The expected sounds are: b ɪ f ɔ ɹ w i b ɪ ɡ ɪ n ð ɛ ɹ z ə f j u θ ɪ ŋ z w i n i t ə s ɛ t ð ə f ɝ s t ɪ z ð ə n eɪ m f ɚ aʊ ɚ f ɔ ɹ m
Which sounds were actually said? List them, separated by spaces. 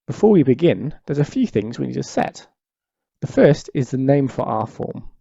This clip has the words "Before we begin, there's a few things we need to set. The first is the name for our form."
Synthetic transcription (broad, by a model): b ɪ f ɔ ɹ w i b ɪ ɡ ɪ n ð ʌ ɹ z ə f j u θ ɪ ŋ z w i n i t ə s ɛ t ð ə f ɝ s t ɪ z ð ə n eɪ m f ɚ aʊ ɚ f ɔ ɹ m